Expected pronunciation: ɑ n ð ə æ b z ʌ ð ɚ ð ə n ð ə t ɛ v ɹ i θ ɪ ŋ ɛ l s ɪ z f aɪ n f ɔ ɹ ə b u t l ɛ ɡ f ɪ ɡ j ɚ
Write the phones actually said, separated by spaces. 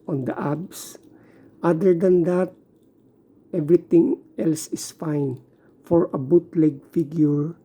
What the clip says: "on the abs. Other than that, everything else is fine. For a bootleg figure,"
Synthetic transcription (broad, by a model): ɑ n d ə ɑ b s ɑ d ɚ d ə n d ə t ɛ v ɹ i t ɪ ŋ ɛ l s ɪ s f aɪ n f ɔ ɹ ə b u t l ɛ ɡ f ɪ ɡ j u